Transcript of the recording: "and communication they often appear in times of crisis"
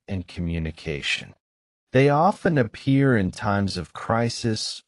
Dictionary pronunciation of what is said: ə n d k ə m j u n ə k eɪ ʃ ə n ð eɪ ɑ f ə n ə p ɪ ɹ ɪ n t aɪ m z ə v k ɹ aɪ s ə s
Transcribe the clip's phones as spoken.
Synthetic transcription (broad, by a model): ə n k ə m j u n ə k eɪ ʃ ə n ð eɪ ɑ f ə n ə p ɪ ɹ ɪ n t aɪ m z ə v k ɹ aɪ s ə s